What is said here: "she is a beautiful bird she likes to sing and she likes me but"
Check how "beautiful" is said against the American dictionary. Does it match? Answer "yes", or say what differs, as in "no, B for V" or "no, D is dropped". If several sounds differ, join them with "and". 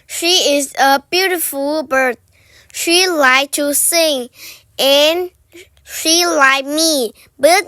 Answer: yes